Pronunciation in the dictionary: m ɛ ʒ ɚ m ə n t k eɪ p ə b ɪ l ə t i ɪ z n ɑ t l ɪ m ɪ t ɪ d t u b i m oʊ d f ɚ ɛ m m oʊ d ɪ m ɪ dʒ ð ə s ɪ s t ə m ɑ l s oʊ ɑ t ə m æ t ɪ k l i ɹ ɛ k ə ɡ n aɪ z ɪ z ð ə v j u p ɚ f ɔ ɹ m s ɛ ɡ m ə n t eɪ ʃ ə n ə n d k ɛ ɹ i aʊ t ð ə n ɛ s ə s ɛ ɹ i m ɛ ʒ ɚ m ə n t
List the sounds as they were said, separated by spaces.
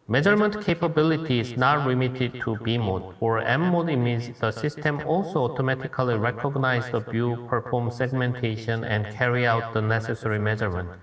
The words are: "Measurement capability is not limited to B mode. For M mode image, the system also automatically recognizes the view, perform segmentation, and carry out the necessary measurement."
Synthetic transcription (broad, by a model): m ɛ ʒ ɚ m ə n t k eɪ p ə b ɪ l ə t i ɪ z n ɑ t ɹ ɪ m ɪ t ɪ d t u b i m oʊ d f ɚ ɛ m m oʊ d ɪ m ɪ z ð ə s ɪ s t ə m ɑ l s oʊ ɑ t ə m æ t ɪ k l i ɹ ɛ k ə ɡ n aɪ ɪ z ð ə b j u p ɚ f ɔ ɹ m s ɛ ɡ m ə n t eɪ ʃ ə n ə n d k ɛ ɹ i aʊ t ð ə n ɛ s ə s ɛ ɹ i m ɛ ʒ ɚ m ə n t